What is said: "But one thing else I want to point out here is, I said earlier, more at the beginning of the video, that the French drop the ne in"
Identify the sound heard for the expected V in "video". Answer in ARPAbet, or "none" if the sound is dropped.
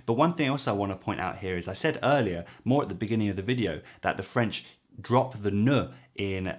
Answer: V